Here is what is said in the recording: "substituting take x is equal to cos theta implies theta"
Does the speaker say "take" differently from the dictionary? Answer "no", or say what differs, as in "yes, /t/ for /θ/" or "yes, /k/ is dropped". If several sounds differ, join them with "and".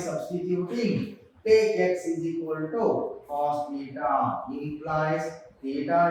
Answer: yes, /k/ is dropped